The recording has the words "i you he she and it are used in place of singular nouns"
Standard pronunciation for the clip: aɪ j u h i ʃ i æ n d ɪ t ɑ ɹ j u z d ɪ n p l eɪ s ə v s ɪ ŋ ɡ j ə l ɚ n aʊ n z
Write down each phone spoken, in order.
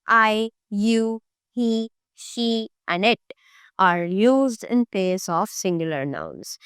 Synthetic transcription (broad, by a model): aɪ j u h i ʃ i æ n d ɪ t ɑ ɹ j u z d ɪ n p eɪ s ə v s ɪ ŋ ɡ j ə l ɚ n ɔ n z